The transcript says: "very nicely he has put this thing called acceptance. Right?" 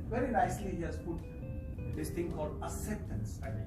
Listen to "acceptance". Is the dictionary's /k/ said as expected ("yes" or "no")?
no